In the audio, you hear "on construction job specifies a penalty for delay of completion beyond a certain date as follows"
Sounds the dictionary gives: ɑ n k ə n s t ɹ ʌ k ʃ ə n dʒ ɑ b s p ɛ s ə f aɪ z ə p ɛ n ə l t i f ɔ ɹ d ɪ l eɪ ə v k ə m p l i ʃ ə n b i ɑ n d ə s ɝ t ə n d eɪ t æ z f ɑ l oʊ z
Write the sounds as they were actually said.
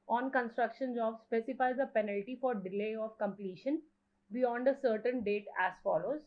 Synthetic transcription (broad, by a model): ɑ n k ə n s t ɹ ʌ k ʃ ə n z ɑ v s p ɛ s ə f aɪ z ə p ɛ n ə l t i f ɔ ɹ d ɪ l eɪ ə v k ə m p l i ʃ ə n b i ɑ n d ə s ɝ t ə n d eɪ t æ z f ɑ l oʊ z